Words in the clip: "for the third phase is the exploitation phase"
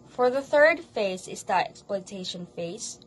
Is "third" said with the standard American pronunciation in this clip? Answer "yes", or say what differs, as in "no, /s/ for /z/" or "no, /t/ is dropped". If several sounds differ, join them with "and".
yes